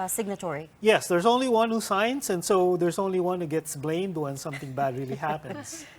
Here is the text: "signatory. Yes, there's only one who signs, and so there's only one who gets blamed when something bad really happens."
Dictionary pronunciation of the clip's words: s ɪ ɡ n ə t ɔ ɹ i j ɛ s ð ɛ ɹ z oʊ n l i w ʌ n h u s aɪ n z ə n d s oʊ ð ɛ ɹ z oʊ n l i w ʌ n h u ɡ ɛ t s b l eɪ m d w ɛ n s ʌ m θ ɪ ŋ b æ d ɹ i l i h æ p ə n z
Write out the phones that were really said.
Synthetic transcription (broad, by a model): s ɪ ɡ n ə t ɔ ɹ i j ɛ s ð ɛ ɹ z oʊ n l i w ʌ n h u s aɪ n s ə n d s oʊ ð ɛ ɹ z oʊ n l i w ʌ n h u ɡ ɛ t s b l eɪ m d w ɛ n s ʌ m θ ɪ ŋ b æ d ɹ i l i h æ p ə n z